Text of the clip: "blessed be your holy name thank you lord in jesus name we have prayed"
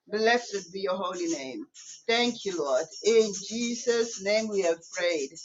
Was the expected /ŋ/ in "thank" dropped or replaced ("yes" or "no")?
no